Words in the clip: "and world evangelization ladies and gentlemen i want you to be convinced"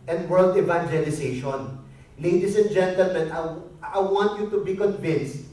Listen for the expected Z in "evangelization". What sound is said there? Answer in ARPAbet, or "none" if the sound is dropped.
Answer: S